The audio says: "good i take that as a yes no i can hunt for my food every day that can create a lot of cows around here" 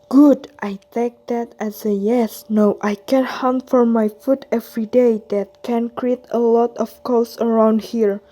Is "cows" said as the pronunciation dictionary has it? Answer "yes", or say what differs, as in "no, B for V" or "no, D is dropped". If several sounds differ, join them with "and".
no, S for Z